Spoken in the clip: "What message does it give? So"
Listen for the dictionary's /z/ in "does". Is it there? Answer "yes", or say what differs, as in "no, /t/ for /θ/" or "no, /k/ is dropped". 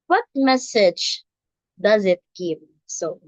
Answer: yes